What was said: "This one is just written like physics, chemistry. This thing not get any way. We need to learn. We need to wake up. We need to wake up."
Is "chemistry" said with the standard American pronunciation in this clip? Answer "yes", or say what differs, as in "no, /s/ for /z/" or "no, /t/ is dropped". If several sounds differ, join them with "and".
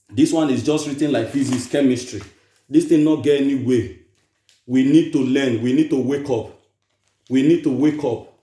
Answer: yes